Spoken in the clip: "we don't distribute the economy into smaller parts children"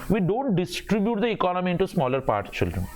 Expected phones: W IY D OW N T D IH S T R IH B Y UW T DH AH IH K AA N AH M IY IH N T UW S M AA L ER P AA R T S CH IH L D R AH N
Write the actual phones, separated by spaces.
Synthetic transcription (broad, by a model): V IY D OW N T D IH S T R IH B Y UW T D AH IH K AA N AH M IY IH N T UW S M AA L ER P AA R T CH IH L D R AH N